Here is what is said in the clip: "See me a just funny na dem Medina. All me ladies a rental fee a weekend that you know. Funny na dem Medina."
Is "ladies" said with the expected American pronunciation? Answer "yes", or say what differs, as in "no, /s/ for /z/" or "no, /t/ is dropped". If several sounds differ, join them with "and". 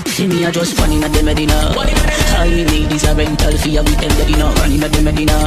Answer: no, /n/ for /l/